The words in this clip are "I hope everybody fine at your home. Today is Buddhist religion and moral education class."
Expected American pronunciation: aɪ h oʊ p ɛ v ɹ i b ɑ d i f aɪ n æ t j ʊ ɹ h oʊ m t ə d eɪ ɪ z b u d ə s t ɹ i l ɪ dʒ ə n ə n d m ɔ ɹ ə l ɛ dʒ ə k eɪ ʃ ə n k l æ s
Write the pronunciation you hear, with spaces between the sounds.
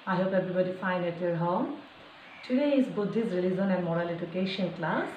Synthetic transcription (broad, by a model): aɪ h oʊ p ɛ b ɹ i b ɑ d i f aɪ n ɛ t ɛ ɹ h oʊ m t ə d eɪ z b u d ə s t ɹ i l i z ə n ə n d m ɔ ɹ ə l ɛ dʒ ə k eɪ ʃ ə n k l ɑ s